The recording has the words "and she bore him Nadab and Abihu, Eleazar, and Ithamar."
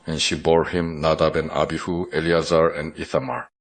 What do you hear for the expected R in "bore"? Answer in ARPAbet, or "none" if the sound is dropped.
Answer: R